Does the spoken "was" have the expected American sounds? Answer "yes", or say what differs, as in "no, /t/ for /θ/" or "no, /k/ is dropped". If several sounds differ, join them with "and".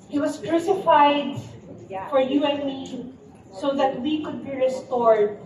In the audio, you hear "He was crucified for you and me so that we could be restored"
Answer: no, /s/ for /z/